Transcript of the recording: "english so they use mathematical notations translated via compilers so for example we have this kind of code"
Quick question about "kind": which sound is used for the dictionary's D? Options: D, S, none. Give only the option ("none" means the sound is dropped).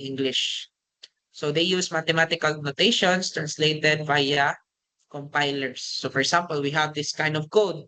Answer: D